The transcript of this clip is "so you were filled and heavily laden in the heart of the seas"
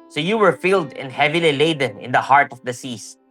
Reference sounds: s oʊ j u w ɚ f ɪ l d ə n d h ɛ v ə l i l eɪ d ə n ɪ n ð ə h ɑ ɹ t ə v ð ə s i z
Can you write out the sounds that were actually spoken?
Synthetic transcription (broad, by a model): s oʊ j u w ɚ f ɪ l d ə n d h ɛ v ə l i l eɪ d ə n ɪ n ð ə h ɑ ɹ t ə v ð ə s i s